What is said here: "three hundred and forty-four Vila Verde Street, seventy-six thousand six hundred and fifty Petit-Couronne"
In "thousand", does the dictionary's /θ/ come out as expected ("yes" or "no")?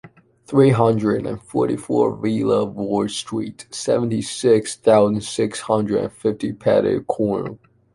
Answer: yes